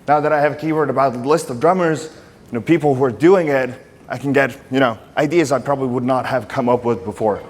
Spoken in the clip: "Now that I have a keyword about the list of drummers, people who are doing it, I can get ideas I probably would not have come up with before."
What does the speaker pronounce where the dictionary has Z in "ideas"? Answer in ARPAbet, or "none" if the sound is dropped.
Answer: Z